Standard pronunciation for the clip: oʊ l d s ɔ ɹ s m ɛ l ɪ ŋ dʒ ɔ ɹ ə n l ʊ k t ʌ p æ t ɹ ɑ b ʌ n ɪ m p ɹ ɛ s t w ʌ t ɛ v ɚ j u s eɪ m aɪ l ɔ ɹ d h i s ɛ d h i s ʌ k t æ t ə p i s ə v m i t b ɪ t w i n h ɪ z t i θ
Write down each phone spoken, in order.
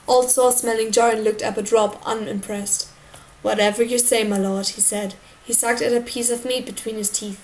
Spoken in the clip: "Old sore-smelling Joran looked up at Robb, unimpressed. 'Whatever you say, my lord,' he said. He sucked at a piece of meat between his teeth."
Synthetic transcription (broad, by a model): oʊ l s ɔ s m ɛ l ɪ ŋ dʒ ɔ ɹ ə n l ʊ k t ʌ p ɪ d ɹ ɑ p ʌ n ɪ m p ɹ ɛ s t w ʌ t ɛ v ɚ j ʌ s eɪ m aɪ l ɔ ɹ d h i s ɛ d h i s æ k t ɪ t ə p i s ə v m i t b ɪ t w i n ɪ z t i θ